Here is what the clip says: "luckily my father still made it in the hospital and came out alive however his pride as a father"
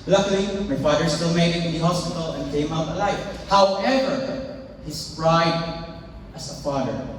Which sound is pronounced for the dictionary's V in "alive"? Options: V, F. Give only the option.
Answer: F